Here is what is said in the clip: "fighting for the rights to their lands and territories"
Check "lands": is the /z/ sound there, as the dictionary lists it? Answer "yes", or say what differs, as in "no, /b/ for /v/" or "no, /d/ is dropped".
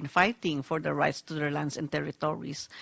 no, /s/ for /z/